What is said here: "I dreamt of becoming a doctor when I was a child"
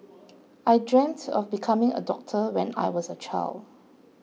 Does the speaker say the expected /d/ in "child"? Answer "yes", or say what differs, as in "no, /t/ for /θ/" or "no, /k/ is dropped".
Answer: yes